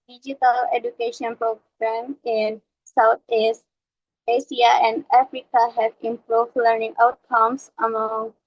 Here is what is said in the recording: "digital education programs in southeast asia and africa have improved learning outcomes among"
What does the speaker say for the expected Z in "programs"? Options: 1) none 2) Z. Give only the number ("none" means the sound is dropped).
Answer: 1